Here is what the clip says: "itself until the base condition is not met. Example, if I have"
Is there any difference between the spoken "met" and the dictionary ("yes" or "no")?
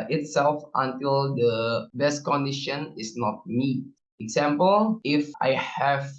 yes